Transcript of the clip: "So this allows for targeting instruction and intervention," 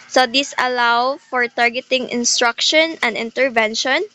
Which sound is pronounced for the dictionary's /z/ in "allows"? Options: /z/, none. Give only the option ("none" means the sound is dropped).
none